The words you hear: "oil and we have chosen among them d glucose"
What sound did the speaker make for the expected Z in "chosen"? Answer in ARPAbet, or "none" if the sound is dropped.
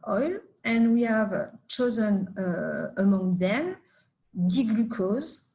Z